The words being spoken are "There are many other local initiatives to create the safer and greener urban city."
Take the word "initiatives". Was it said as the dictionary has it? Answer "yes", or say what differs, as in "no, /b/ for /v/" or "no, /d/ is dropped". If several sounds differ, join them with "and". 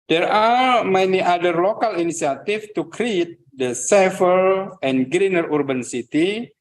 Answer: no, /s/ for /ʃ/